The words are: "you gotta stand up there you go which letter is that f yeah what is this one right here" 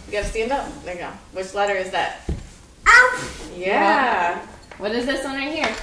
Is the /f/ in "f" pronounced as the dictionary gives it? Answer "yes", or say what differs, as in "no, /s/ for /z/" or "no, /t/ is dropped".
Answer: no, /p/ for /f/